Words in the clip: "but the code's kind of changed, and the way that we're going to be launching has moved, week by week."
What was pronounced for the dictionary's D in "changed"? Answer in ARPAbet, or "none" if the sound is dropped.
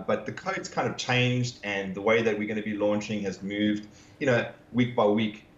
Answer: D